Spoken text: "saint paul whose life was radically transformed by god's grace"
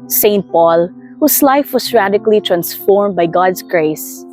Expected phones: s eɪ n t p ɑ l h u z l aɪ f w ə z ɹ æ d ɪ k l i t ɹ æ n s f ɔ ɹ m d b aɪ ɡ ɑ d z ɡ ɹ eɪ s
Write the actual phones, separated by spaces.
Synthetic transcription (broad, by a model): s eɪ n t p ɑ l h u s l aɪ f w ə s ɹ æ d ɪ k l i t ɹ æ n s f ɔ ɹ m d b aɪ ɡ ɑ d s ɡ ɹ eɪ s